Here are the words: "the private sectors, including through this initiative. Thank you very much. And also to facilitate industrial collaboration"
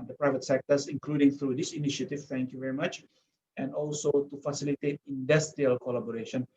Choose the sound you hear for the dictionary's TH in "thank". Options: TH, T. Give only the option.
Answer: T